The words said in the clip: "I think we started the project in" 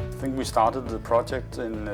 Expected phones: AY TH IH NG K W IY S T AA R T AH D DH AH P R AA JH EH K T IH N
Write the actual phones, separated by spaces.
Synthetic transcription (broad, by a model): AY TH IH NG K W IY S T AA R T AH D DH AH P R AA JH EH K T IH N